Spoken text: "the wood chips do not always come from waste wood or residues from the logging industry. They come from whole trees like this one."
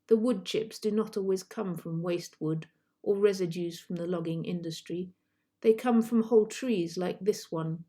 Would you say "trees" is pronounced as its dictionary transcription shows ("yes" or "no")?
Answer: yes